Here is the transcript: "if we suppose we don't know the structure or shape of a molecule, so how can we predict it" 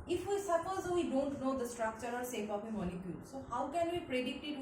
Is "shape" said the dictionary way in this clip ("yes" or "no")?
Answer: no